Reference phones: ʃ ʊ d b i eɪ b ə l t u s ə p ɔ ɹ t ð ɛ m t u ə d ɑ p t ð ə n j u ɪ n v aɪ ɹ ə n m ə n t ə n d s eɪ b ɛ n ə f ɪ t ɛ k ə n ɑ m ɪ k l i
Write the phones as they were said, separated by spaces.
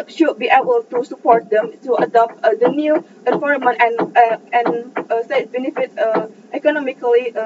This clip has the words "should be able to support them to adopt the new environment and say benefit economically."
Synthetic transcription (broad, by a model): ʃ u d b i eɪ b ə l t u s ə p ɔ ɹ t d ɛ m t u ə d ɑ p t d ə n j u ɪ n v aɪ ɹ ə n ə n ə n s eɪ b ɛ n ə f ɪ t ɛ k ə n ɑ m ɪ k l i